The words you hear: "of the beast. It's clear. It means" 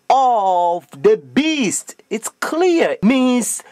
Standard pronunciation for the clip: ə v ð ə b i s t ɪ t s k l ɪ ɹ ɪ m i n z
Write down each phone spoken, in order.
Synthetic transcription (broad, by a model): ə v ð ə b i s t ɪ t s k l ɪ ɪ m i n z